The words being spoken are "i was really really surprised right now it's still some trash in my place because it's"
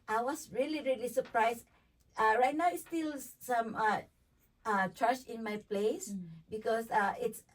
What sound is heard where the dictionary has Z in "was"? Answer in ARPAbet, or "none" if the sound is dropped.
S